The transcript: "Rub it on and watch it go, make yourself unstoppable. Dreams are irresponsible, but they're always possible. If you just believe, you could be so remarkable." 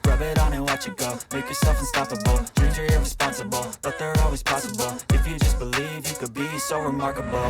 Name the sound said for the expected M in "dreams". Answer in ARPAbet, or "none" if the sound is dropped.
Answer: none